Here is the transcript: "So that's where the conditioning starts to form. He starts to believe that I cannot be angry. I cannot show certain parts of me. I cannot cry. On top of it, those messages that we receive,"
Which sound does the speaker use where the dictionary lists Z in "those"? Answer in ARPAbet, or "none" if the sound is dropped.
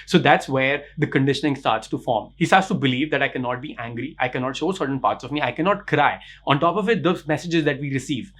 none